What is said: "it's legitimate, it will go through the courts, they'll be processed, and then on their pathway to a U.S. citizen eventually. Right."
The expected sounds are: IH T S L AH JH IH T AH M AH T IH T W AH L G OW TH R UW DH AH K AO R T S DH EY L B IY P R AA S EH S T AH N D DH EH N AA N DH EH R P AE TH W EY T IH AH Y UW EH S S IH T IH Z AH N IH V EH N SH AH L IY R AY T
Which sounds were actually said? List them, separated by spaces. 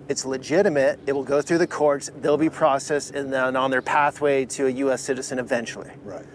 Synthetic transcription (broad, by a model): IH T S L AH JH IH T AH M AH T IH T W L G OW TH R UW DH AH K AO R T S DH EY L B IY P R AA S EH S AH N DH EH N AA N DH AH R P AE TH W EY T IH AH Y UW EH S S IH T IH Z AH N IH V EH N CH L IY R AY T